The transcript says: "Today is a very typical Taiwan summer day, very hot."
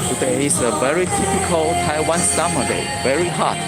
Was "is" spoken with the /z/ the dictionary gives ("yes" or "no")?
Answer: no